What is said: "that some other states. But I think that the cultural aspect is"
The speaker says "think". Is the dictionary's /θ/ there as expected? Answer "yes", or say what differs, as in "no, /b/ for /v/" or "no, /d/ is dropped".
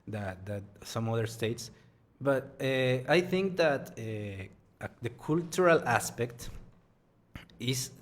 yes